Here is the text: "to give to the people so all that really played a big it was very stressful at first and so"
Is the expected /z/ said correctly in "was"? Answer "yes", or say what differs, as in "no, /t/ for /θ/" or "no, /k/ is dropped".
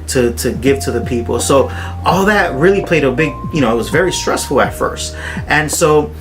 yes